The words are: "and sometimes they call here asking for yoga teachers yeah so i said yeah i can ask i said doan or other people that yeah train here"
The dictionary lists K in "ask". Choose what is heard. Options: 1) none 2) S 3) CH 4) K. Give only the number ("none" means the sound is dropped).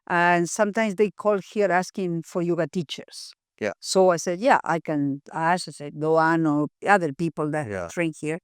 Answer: 1